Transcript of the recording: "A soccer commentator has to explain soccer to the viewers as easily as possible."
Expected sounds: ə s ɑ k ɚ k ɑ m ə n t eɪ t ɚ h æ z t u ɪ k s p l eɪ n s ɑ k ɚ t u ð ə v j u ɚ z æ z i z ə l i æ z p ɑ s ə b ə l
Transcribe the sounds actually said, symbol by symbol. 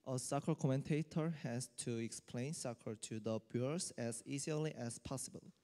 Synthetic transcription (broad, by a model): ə s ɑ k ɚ k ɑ m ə n t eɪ t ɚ h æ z t u ɪ k s p l eɪ n s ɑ k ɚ t u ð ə b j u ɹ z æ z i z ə l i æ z p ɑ s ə b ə l